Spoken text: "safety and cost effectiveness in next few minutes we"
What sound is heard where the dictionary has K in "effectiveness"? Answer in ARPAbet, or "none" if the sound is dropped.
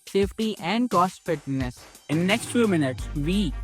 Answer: none